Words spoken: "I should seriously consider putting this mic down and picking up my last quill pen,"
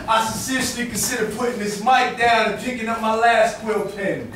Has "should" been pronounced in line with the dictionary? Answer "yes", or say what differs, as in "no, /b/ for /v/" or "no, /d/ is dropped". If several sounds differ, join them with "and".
no, /s/ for /ʃ/